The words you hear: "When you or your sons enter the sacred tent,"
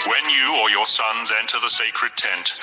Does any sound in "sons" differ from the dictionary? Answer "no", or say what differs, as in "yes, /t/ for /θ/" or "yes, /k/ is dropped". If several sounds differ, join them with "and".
no